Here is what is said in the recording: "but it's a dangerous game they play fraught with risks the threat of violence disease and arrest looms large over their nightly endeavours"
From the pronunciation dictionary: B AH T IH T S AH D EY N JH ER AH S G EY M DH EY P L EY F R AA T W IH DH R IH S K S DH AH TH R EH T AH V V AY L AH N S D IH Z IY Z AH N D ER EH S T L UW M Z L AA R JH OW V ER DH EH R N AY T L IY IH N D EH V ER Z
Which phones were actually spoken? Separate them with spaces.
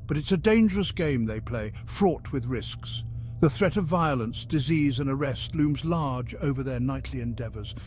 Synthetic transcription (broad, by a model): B AH T IH T S AH D EY N JH ER AH S G EY M DH EY P L EY F R AA T W IH DH R IH S K S DH AH TH R EH T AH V V AY L AH N S D IH Z IY Z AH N ER EH S T L UW M Z L AA R JH OW V ER DH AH R N AY T L IY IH N D EH V ER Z